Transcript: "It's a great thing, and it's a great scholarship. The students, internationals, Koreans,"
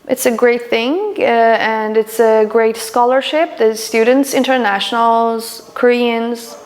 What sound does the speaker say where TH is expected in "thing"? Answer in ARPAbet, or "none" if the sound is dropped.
TH